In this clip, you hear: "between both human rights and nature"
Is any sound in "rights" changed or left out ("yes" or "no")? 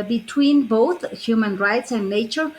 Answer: no